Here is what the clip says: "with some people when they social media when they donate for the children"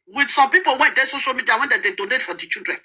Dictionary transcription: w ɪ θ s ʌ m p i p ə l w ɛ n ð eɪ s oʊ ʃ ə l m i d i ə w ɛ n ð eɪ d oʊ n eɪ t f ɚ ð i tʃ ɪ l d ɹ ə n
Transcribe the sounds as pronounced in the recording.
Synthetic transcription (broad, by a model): w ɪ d s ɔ m p i p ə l w ɛ n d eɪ s oʊ ʃ ə l m i d i ə w ɛ n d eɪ d oʊ n eɪ t f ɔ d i tʃ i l d ɹ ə n